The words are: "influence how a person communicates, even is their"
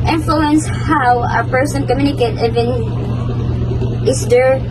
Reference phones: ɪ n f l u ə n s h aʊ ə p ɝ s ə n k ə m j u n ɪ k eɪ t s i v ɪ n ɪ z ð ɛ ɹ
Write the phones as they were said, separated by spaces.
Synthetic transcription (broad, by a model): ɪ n f l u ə n s h aʊ ə p ɝ s ə n k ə m j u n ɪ k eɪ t i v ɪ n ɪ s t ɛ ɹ